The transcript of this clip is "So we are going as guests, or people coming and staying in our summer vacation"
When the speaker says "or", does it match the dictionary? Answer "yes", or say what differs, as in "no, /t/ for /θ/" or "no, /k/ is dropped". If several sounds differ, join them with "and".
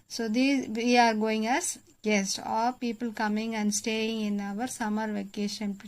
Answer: no, /l/ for /ɹ/